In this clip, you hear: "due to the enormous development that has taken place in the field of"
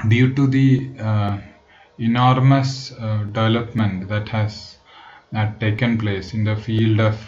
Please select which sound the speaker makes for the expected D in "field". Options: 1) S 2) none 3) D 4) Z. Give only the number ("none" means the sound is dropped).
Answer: 3